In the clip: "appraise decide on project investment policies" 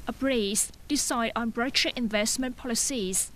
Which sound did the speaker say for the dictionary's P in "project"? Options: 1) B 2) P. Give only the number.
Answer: 1